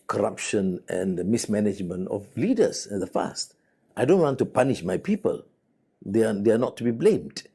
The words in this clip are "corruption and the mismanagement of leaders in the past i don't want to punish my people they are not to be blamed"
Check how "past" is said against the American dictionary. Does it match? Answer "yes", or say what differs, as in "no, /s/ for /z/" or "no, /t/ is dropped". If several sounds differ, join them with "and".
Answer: no, /f/ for /p/